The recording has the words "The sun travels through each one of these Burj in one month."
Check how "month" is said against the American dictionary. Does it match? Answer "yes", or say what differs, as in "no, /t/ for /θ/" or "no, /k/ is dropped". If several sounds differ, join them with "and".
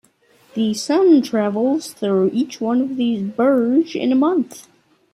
yes